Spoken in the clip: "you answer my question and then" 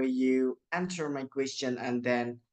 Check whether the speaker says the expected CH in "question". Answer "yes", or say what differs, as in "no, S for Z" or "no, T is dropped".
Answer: yes